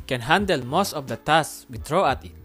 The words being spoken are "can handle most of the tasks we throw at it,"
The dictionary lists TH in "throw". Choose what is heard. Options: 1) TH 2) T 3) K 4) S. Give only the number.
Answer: 2